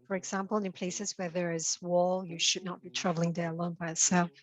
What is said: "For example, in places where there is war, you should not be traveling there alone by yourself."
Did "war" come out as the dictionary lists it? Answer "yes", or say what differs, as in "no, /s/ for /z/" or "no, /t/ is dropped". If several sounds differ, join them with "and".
no, /l/ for /ɹ/